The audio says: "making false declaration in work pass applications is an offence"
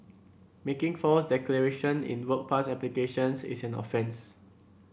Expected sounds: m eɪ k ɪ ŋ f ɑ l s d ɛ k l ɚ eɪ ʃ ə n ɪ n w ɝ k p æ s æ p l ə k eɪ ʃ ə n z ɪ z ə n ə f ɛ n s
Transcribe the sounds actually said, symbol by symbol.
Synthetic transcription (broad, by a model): m eɪ k ɪ ŋ f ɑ s d ɛ k l ɚ eɪ ʃ ə n ɪ n w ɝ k p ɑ s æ p l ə k eɪ ʃ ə n s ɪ s ə n ə f ɛ n s